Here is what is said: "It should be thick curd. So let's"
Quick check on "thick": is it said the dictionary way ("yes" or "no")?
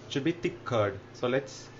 no